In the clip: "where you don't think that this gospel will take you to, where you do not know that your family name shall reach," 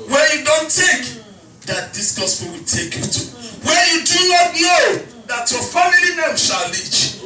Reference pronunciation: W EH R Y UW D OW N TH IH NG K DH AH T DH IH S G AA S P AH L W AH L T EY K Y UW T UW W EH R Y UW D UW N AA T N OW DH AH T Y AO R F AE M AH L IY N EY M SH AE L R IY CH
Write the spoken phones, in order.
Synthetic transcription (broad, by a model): W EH Y UW D OW N T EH K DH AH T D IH S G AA S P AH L W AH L T EY K Y UW T UW W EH Y UW D UW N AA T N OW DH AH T Y AO F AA M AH L IY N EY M SH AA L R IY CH